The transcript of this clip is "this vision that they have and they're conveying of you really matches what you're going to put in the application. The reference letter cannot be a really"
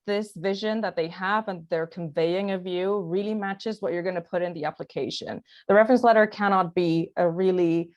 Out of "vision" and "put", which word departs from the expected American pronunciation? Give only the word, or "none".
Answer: none